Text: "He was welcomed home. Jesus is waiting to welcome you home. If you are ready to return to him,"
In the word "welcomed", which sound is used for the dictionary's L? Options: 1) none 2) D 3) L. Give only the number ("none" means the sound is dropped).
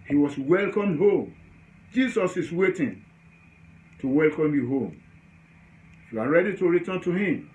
3